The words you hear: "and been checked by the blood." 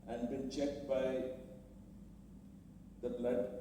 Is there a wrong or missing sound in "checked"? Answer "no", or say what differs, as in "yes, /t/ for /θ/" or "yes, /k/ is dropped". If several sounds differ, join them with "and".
no